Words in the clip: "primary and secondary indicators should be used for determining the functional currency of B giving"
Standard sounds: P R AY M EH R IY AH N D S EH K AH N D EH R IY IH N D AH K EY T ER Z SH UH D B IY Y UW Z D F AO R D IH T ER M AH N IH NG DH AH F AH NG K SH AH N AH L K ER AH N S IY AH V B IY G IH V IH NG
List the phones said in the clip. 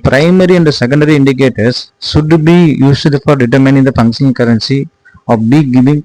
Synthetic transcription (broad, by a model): P R AY M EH R IY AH N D S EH K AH N D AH R IY IH N D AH K EY T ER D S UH D B IY Y UW S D F AO R D IH T ER M AH N IH NG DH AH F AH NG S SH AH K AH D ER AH N S IY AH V B IY G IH V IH NG